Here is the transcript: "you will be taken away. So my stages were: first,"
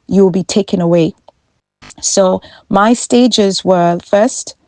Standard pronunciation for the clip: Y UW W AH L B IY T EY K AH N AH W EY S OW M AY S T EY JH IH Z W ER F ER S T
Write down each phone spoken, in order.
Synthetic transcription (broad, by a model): Y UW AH L B IY T EY K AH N AH W EY S OW M AY S T EY JH IH Z W ER F ER S T